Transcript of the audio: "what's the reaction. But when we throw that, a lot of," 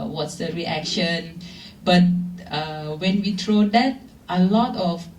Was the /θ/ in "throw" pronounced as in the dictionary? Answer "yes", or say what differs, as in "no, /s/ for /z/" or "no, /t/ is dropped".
no, /t/ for /θ/